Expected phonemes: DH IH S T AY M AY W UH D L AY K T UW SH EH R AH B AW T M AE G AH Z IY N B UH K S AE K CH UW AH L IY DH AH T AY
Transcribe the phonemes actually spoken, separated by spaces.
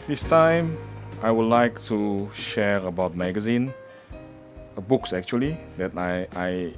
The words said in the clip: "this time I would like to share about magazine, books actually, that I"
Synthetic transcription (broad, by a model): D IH S T AY M AY W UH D L AY K T UW SH EH R AH B AW T M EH G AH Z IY N B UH K S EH K CH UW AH L IY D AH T AY